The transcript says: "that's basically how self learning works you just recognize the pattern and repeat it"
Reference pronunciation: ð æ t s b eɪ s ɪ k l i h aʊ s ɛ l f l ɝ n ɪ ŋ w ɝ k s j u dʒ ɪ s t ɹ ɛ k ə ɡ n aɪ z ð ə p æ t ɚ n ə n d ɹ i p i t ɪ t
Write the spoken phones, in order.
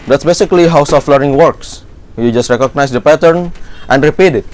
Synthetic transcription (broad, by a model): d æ t s b eɪ s ɪ k l i h aʊ s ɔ f l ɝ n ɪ ŋ w ɝ k s j u dʒ ɪ s t ɹ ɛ k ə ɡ n aɪ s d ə p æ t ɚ n ə n d ɹ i p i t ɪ t